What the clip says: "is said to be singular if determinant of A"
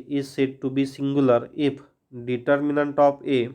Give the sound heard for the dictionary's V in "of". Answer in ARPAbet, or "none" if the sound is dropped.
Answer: P